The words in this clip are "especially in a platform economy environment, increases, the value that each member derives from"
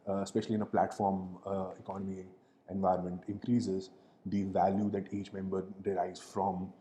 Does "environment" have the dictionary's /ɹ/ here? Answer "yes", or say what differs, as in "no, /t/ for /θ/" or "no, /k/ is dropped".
no, /ɹ/ is dropped